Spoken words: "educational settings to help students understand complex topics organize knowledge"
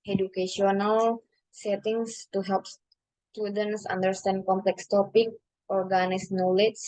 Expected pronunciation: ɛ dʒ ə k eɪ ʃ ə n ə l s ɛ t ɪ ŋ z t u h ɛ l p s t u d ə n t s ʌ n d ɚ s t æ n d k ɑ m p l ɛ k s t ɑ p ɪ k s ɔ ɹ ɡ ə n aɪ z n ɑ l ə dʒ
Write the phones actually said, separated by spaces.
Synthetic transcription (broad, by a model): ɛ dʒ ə k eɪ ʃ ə n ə l s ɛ t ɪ ŋ s t u h ɛ l p s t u d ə n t s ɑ n d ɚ s t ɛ n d k ɑ m p l ɛ k s t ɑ p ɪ k ɔ ɹ ɡ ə n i s n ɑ l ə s